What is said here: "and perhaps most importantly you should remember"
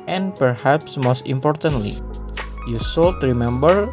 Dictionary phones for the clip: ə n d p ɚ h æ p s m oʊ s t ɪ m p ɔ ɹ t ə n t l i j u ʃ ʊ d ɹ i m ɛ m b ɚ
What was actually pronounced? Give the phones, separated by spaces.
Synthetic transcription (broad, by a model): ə n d p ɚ h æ p s m oʊ s t ɪ m p ɔ ɹ t ə n t l i j u s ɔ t ɹ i m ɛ m b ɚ